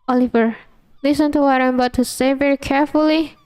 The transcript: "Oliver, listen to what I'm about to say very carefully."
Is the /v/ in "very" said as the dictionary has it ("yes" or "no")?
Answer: yes